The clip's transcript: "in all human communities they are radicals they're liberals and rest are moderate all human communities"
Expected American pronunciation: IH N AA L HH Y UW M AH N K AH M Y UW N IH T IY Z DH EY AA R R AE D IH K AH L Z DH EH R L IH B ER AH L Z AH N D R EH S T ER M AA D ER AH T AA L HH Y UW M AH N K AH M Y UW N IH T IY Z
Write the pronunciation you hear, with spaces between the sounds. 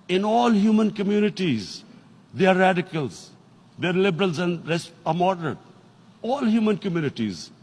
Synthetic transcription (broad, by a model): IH N AA L HH Y UW M AH N K AH M Y UW N IH T IY Z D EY AA R R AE D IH K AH L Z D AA R L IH B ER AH L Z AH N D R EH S ER M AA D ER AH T AA L HH Y UW M AH N K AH M Y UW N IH T IY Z